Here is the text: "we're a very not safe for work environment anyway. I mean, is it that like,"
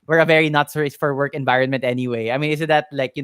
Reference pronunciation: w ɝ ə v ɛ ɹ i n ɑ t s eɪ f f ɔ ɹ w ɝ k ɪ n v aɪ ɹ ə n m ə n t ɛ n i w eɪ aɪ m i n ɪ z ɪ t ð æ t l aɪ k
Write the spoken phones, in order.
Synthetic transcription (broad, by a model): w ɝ ə v ɛ ɹ i n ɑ t s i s f ɔ ɹ w ɝ k ɪ n v aɪ ɹ ə n m ə n t ɛ n i w eɪ aɪ m i n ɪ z ɪ t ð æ t l aɪ k